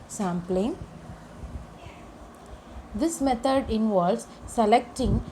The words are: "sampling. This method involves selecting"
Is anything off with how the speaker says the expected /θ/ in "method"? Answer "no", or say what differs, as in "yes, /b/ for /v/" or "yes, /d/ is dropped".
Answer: yes, /t/ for /θ/